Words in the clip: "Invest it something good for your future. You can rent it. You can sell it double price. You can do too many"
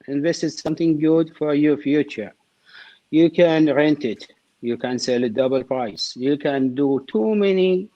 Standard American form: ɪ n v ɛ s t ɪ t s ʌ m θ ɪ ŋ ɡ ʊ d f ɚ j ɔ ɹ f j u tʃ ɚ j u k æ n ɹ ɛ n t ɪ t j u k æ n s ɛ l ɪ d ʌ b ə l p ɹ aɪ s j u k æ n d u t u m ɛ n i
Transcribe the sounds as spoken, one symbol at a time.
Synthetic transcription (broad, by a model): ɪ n v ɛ s t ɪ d s ʌ m θ ɪ ŋ ɡ ʊ d f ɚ j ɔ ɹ f j u tʃ ɚ j u k æ n ɹ ɛ n t ɪ t j u k æ n s ɛ l ɪ d ʌ b ə l p ɹ aɪ s j u k æ n d u t u m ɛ n i